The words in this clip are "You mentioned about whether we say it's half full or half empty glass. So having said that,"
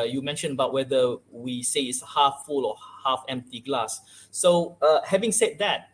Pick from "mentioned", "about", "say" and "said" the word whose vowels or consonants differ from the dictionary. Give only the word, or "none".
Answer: mentioned